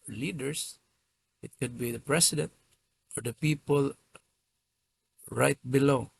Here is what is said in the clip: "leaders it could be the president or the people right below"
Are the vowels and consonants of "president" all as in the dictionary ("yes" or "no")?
no